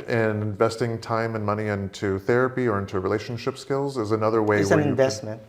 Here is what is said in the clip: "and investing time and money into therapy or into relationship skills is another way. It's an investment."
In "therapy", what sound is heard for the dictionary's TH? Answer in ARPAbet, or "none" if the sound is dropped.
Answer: TH